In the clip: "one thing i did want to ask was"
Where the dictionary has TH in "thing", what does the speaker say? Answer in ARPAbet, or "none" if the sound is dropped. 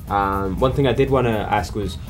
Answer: TH